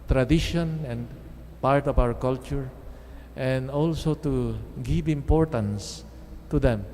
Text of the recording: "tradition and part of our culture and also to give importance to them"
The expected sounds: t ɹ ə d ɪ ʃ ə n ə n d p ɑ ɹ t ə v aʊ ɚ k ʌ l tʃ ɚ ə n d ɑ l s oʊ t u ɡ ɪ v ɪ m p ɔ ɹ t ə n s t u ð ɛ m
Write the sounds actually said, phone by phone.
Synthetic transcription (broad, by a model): t ɹ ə d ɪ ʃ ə n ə n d p ɑ ɹ t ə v aʊ ɚ k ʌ l tʃ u ə n d ɑ l s oʊ t u ɡ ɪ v ɪ m p ɔ ɹ t ə n s t u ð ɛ m